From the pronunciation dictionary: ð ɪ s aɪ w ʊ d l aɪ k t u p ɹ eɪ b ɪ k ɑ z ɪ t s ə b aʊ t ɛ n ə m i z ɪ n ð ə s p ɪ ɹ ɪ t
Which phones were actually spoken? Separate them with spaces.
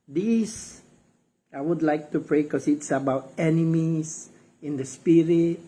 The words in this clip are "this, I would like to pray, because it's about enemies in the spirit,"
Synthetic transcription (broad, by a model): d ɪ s aɪ w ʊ d l aɪ k t u p ɹ eɪ k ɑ s ɪ t s ə b aʊ t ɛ n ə m i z ɪ n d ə s p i ɹ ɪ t